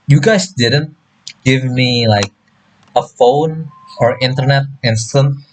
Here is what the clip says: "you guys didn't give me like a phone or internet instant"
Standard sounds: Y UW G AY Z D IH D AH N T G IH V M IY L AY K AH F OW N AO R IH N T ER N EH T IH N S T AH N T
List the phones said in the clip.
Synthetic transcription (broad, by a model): Y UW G AY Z D IH D AH N T G IH V M IY L AY K AH F OW N AO R IH N T ER N EH T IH N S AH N